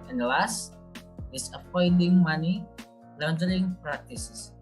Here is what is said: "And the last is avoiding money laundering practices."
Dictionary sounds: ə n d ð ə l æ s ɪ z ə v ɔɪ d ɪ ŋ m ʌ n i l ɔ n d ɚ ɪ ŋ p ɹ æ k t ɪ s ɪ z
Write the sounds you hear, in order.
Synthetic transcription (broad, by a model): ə n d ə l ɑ s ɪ s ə p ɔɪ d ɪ ŋ m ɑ n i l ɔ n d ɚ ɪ ŋ p ɹ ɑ k t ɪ s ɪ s